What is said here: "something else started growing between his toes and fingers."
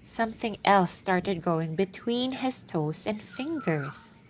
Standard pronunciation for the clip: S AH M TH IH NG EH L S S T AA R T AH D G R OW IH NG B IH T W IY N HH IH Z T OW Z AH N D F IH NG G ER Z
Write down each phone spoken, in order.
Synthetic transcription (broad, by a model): S AH M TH IH NG EH L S S T AA R T AH D G OW IH NG B IH T W IY N HH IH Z T OW S AH N D F IH NG G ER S